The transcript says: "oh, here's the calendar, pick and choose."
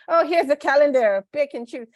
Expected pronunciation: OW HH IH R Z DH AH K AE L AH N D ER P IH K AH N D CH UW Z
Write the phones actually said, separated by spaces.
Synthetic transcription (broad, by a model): OW HH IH R Z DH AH K AE L AH N D ER B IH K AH N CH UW